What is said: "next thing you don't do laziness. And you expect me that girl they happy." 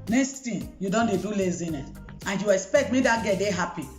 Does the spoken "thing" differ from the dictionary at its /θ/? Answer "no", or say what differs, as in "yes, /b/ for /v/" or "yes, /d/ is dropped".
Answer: yes, /t/ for /θ/